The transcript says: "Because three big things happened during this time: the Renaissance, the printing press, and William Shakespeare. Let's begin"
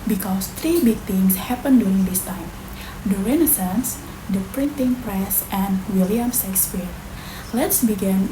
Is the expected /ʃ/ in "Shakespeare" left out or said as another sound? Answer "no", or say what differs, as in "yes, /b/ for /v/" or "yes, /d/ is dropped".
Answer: yes, /s/ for /ʃ/